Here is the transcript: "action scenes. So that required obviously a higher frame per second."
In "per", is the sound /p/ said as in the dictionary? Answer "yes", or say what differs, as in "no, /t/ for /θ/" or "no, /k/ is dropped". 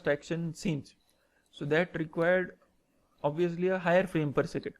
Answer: yes